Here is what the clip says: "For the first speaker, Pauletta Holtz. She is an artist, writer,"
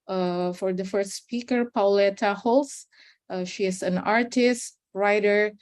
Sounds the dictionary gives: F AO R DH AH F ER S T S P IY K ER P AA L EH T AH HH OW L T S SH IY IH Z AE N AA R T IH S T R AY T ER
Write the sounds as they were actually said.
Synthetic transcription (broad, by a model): F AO R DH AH F ER S T S P IY K ER P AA L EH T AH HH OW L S SH IY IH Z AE N AA R T IH S T R AY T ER